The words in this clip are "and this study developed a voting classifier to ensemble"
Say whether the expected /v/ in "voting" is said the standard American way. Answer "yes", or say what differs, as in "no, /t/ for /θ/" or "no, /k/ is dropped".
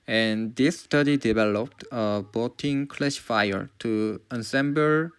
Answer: no, /b/ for /v/